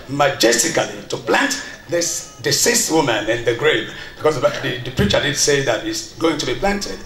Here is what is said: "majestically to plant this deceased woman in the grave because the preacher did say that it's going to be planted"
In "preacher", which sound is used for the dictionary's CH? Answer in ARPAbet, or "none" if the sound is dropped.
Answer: CH